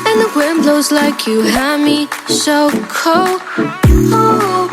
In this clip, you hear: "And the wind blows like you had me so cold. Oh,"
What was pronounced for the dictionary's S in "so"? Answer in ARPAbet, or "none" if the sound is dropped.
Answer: SH